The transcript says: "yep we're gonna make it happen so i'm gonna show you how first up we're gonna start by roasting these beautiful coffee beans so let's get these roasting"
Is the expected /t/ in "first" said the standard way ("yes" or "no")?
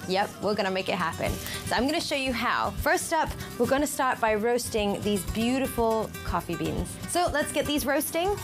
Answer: yes